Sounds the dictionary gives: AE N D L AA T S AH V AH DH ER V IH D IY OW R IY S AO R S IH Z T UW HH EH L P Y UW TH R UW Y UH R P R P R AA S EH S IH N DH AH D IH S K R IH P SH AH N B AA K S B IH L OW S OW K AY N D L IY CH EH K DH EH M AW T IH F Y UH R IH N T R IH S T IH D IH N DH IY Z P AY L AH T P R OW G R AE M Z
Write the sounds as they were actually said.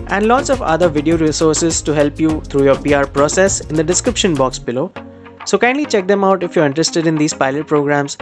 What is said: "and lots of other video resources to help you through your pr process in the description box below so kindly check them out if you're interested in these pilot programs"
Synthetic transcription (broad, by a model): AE N D L AA T S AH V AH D ER V IH D IY OW R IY S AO R S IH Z T UW HH EH L P Y UW T R UW Y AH R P R P R AA S EH S IH N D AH D IH S K R IH P SH AH N B AA K S B IH L OW S OW K AY N D L IY CH EH K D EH M AW T IH F Y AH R IH N T R IH S T IH D IH N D IY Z P AY L AH T P R OW G R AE M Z